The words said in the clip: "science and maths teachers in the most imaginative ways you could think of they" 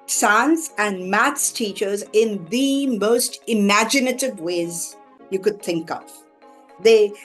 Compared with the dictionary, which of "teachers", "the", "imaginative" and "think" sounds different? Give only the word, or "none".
none